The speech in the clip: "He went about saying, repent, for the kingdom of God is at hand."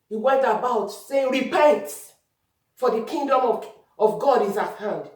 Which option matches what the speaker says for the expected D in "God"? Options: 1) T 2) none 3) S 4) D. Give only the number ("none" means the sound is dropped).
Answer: 4